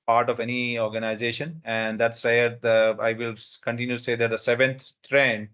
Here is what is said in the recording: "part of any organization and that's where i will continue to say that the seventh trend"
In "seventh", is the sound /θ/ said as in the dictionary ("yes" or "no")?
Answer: no